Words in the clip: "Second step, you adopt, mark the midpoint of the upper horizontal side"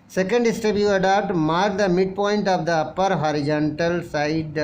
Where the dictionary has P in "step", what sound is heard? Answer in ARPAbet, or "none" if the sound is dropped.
B